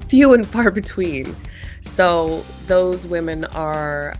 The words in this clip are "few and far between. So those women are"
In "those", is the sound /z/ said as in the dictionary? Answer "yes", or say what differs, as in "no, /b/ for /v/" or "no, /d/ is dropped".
yes